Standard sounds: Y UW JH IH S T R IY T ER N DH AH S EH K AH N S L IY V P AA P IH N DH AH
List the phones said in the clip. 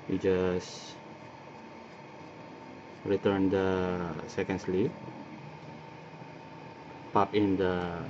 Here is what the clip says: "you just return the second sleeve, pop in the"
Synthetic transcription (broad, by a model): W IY JH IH S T R IY T ER N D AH S EH K AH N S L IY P P AA P IH N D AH